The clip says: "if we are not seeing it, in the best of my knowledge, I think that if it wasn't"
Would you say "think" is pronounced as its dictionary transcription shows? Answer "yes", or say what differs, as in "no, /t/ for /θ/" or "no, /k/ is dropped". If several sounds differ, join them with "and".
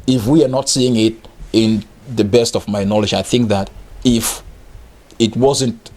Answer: yes